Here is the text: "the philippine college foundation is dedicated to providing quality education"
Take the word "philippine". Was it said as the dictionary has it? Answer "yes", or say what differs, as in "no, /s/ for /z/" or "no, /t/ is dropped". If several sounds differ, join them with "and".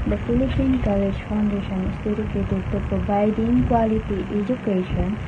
no, /p/ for /f/